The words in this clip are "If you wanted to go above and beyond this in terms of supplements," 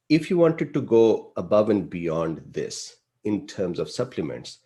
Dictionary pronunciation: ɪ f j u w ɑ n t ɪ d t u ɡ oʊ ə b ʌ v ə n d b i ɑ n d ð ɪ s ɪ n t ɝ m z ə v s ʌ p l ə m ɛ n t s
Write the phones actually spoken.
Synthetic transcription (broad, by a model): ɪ f j u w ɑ n t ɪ d t u ɡ oʊ ə b ʌ v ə n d b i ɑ n d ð ɪ s ɪ n t ɝ m z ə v s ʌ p l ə m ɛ n t s